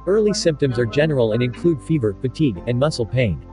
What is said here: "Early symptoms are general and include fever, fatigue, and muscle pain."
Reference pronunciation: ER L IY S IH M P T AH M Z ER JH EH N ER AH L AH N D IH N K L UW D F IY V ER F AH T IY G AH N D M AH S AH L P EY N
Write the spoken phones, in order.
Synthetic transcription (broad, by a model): ER L IY S IH M P T AH M Z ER JH EH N ER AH L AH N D IH N K L UW D F IY V ER F AH T IY G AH N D M AH S L P EY N